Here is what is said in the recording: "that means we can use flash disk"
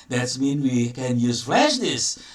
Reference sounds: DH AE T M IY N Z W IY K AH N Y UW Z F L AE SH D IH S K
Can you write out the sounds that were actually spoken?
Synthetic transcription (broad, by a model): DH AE T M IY N W IY K AH N Y UW Z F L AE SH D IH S